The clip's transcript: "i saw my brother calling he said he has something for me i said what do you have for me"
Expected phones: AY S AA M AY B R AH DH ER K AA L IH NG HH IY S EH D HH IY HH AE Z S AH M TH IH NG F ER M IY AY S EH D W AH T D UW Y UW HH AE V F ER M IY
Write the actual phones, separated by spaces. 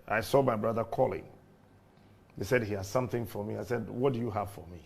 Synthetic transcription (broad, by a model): AY S AA M AY B R AH DH ER K AA L IH NG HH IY S EH D HH IY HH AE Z S AH M TH IH NG F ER M IY AY S EH D W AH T D UW Y UW HH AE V F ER M IY